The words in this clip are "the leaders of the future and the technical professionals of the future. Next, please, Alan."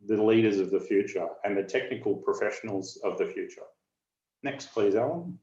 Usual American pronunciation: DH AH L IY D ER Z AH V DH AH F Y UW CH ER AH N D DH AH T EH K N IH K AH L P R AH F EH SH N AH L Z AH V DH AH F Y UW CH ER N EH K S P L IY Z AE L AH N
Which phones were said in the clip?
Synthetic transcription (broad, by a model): DH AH L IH D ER Z AH V DH AH F Y UW CH ER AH N DH AH T EH K N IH K L P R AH F EH SH N L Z AH V DH AH F Y UW CH ER N EH K S P L IY Z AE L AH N